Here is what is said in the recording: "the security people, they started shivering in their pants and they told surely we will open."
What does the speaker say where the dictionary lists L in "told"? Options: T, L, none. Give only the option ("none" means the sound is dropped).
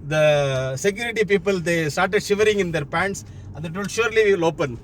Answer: none